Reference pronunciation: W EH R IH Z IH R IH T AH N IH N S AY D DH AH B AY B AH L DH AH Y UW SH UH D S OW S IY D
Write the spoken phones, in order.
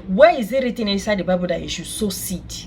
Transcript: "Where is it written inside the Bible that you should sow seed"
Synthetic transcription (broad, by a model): W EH IH Z IH R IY T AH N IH S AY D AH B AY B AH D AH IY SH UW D S OW S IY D